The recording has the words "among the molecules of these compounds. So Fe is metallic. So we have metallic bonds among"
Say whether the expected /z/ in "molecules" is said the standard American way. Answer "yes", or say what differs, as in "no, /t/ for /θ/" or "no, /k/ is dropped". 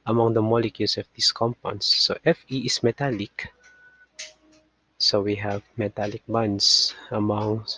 no, /s/ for /z/